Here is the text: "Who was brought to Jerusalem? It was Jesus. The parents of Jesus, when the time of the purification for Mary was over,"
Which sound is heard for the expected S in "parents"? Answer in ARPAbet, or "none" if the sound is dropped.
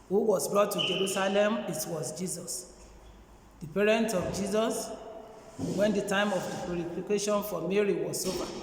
none